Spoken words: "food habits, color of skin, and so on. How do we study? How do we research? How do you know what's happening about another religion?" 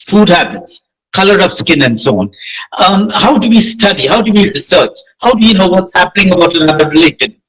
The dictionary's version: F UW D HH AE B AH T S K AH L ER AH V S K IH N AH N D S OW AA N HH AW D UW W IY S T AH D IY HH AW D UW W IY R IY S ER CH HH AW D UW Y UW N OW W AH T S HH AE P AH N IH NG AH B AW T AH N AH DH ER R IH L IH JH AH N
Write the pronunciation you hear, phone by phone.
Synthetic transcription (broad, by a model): F UW D HH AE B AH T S K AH L ER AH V S K IH N AH N D S OW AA N HH AW D UW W IY S T AH D IY HH AW D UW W IY R IY S ER CH HH AW D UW Y UW N OW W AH T S HH AE P AH N IH NG AH B AW T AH N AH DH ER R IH L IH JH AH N